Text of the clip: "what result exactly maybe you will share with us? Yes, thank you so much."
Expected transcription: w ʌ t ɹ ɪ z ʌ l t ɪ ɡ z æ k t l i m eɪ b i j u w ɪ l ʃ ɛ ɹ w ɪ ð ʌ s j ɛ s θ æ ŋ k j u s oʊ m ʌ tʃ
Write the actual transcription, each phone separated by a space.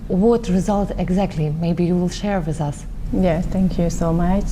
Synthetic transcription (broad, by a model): w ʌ t ɹ ɪ z ʌ l t ɪ ɡ z æ k t l i m eɪ b i j u w ɪ l ʃ ɛ ɹ w ɪ ð ʌ s j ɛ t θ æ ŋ k j u s oʊ m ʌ tʃ